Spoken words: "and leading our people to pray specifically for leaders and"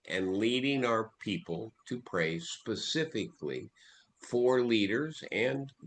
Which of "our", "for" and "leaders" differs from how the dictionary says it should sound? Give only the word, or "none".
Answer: none